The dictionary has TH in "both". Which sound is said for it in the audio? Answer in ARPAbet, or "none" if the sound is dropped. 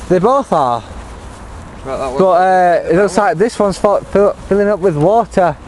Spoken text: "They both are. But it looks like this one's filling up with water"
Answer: TH